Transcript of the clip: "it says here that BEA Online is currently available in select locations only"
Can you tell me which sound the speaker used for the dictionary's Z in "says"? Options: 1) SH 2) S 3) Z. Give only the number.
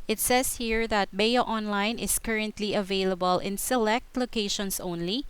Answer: 2